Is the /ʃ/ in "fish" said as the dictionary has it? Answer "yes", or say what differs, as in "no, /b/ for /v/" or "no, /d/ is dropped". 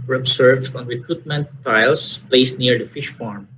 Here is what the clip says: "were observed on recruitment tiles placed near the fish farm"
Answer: yes